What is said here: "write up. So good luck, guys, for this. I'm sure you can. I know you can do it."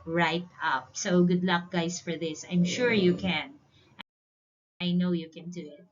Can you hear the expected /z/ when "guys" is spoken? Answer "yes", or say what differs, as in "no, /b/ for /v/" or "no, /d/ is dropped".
no, /s/ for /z/